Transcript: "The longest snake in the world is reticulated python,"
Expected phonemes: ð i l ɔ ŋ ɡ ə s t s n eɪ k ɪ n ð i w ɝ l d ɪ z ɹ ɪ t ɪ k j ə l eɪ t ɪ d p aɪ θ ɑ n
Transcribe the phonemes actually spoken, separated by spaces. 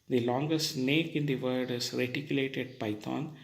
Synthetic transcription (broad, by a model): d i l ɔ ŋ ɡ ə s t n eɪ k ɪ n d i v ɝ d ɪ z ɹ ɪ t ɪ k j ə l eɪ t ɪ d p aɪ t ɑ n